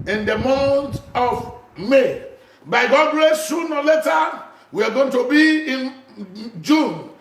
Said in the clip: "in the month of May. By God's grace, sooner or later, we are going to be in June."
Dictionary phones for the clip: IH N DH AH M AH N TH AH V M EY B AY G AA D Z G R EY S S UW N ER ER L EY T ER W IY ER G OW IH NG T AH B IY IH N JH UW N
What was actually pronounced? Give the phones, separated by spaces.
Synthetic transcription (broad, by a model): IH N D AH M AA N T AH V M EY B AY G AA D G R EY S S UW N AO L EY T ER W IY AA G OW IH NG T AH B IY IH N JH UW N